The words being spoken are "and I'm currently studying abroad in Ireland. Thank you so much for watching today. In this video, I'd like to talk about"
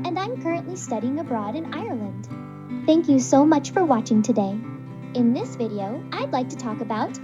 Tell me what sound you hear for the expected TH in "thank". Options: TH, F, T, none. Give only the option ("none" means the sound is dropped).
TH